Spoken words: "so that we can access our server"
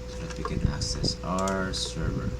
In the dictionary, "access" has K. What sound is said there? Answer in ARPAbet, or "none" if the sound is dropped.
none